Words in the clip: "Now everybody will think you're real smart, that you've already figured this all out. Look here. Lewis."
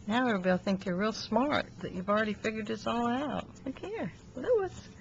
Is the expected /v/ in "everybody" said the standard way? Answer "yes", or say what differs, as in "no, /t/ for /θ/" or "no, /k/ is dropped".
no, /v/ is dropped